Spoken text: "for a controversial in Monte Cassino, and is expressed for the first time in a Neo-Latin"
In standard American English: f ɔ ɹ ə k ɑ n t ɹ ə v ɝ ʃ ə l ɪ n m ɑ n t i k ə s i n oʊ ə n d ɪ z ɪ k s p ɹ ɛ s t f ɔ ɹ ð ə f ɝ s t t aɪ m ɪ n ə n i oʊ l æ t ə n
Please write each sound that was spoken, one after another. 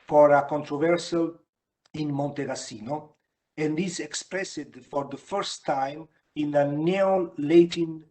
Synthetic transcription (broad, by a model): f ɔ ɹ ə k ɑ n t ɹ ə v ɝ s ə l ɪ n m ɑ n t i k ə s i n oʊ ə n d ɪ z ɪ k s p ɹ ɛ s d f ɔ ɹ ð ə f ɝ s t t aɪ m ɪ n ə n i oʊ l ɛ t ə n